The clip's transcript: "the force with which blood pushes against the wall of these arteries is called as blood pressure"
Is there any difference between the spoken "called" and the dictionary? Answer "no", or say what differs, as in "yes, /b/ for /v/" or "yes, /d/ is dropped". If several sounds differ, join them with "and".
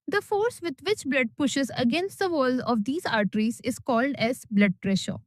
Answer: no